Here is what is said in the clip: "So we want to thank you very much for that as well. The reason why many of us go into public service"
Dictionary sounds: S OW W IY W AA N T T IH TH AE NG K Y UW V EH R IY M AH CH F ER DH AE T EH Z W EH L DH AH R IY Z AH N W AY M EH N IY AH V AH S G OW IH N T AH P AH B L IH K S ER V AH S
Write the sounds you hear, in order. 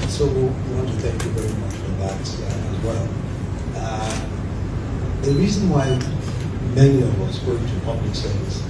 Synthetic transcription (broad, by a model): S OW W IY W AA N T T IH TH AE NG K Y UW V EH R IY M AH CH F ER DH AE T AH Z W EH L DH AH R IY Z AH N W AY M EH N IY AH V AH S G OW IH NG T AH P AH B L IH K S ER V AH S